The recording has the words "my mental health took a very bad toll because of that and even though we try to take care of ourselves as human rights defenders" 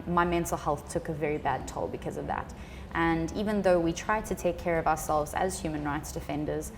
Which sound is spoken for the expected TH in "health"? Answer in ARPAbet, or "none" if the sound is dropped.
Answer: TH